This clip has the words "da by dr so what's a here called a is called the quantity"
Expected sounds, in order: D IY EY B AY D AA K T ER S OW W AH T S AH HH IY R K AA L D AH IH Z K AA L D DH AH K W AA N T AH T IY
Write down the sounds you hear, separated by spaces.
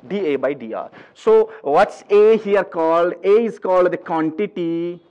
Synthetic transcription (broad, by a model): D IY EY B AY D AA T S OW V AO T S AH HH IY R K AA L D AH IH Z K AA L D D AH K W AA N T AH T IY